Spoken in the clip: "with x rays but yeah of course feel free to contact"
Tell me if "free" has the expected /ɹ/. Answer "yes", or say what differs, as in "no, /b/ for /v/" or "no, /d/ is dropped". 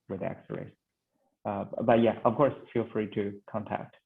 yes